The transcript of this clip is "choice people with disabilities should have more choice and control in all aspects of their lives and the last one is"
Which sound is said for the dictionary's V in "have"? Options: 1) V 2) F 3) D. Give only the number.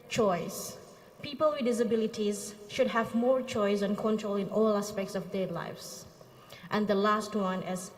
1